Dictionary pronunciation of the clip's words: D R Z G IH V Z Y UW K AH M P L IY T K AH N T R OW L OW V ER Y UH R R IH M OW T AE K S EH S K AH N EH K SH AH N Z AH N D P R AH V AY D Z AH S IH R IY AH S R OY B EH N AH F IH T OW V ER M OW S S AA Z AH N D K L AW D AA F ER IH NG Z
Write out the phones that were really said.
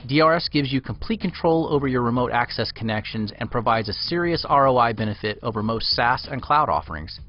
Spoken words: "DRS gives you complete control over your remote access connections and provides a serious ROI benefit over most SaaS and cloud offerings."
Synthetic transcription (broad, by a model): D R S G IH V Z Y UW K AH M P L IY T K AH N T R OW L OW V ER Y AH R R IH M OW T AE K S EH S K AH N EH K SH AH N Z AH N P R AH V AY D Z AH S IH R IY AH S R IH B EH N AH F IH T OW V ER M OW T S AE S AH N K L AW D AA F ER IH NG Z